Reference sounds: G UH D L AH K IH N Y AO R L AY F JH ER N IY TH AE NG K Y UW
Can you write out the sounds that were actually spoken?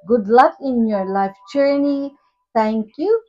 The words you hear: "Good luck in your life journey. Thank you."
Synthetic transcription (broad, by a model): G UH D L AH K IH N Y AO R L AY F JH ER N IY T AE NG K Y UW